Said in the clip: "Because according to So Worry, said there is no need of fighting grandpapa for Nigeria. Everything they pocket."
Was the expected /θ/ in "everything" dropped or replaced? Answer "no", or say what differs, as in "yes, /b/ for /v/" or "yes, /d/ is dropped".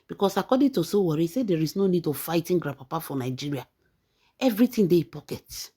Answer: yes, /t/ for /θ/